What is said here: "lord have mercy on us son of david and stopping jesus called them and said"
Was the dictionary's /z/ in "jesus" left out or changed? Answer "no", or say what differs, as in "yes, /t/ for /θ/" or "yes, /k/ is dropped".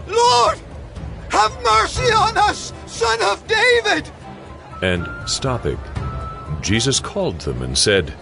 no